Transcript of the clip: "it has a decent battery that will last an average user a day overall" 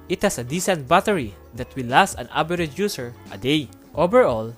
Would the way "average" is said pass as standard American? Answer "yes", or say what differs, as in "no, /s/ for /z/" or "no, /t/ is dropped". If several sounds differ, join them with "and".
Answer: no, /b/ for /v/